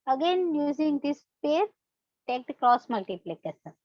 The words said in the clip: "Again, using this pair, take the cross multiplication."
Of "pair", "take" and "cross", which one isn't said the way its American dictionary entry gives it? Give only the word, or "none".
none